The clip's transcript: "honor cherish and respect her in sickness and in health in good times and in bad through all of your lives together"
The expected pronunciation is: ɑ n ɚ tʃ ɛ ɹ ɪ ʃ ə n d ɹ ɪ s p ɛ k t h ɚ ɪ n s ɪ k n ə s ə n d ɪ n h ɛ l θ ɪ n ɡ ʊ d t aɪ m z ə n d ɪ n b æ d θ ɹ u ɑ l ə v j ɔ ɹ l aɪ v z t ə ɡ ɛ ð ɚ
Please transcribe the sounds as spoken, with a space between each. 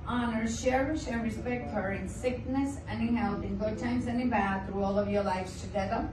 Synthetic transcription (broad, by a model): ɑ n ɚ ʃ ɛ ɹ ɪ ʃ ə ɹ ɹ ɪ s p ɛ k t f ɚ ɪ n s ɪ k n ə s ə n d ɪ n h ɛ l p ɪ n ɡ ʊ d t aɪ m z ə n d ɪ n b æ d θ ɹ u ɑ l ə v j ɔ ɹ l aɪ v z t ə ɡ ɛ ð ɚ